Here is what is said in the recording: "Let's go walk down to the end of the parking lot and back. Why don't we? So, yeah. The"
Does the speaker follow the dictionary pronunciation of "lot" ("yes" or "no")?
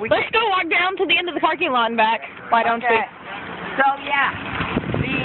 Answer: no